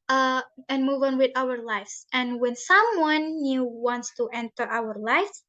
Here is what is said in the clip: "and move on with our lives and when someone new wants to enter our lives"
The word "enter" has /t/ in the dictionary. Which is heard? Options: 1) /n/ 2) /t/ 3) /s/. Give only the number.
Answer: 2